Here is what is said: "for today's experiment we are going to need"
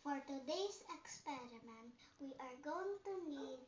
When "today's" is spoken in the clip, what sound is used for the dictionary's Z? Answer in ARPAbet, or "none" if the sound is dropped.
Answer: S